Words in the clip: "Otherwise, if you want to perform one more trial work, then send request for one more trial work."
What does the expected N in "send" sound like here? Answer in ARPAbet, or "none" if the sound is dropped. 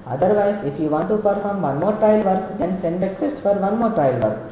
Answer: N